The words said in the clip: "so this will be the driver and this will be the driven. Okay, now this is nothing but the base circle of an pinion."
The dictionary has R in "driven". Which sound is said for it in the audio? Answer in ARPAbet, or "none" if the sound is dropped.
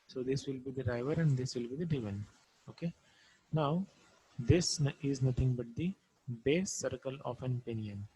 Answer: none